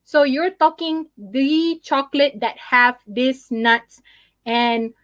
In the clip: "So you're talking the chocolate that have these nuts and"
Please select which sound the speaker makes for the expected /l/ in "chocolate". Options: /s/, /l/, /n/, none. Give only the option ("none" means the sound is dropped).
/l/